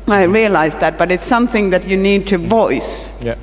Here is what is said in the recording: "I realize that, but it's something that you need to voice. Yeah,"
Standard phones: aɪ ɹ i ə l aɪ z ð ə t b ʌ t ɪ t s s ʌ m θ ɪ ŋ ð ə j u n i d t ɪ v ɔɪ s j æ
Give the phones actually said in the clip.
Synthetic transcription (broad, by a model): aɪ ɹ i ə l aɪ z ð ə t b ʌ t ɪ t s s ʌ m θ ɪ ŋ ð ə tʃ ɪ n i d t ɪ v ɔɪ s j